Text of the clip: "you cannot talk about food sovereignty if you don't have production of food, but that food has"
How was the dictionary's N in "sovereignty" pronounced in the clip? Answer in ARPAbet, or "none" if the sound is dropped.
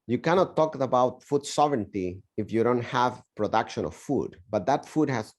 N